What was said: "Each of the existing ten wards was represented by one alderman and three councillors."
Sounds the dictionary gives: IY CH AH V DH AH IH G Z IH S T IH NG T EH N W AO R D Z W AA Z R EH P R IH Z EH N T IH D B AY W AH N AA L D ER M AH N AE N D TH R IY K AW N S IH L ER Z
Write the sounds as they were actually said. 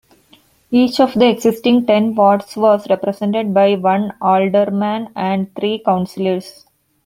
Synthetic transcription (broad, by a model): IY CH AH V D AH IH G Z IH S T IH NG T EH N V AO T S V AA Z R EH P R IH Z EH N T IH D B AY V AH N AA L D ER M AH N AE N D T R IY K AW N S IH L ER S